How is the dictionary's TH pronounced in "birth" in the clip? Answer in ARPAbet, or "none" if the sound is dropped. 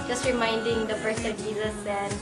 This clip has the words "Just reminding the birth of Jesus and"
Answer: S